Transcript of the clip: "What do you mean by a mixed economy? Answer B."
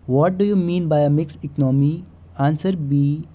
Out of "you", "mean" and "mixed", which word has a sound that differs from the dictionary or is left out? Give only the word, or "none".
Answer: mixed